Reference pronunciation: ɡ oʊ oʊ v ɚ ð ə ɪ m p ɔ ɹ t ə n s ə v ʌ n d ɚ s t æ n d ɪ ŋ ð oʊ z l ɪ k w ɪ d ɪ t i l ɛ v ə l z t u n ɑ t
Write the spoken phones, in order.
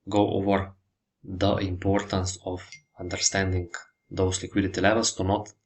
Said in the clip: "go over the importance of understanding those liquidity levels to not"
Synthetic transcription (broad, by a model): ɡ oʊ oʊ v ɚ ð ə ɪ m p ɔ ɹ t ə n s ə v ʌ n d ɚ s t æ n d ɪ ŋ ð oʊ s l ɪ k w ɪ d ɪ t i l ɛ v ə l s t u n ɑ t